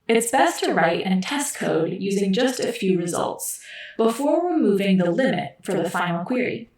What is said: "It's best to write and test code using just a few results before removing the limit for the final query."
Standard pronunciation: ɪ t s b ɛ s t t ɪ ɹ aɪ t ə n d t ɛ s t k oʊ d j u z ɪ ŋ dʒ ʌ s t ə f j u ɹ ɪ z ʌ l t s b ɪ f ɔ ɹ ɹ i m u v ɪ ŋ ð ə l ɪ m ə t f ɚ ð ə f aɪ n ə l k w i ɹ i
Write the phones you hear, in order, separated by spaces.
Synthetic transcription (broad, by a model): ɪ t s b ɛ s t t ɪ ɹ aɪ t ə n t ɛ s k oʊ d j u z ɪ ŋ dʒ ʌ s t ə f j u ɹ ɪ z ʌ l t s b ɪ f ɔ ɹ w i m u v ɪ ŋ ð ə l ɪ m ə t f ɚ ð ə f aɪ n l k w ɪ ɹ i